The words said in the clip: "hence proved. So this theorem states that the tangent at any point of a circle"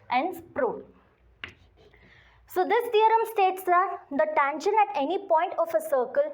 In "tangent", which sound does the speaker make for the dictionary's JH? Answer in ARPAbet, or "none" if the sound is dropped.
SH